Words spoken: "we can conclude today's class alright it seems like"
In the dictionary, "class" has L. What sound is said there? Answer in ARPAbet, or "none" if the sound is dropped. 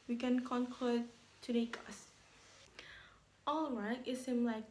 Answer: none